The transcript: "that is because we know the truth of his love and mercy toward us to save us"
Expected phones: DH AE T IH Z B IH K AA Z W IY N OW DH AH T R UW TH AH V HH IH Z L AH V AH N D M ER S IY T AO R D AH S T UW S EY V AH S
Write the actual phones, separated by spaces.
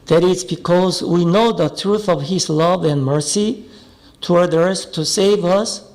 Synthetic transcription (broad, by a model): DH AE T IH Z B IH K AA Z W IY N OW DH AH T R UW TH AH V HH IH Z L AH V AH N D M ER S IY T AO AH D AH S T UW S EY V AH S